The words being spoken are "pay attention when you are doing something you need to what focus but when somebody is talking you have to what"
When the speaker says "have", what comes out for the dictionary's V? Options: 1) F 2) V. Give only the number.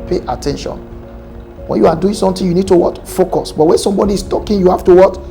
1